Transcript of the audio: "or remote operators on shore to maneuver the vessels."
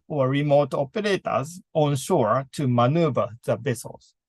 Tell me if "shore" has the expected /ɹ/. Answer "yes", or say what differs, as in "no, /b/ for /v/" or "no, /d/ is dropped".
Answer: yes